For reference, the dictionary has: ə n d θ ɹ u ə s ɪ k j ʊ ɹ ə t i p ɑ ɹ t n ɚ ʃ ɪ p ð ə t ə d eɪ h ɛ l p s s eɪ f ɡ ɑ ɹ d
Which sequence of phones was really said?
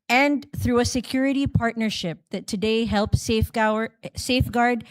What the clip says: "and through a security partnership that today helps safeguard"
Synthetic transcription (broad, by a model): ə n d θ ɹ u ə s ɪ k j ʊ ɹ ə t i p ɑ ɹ t n ɚ ʃ ɪ p ð ə t ə d eɪ h ɛ l p s s eɪ f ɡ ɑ ɹ d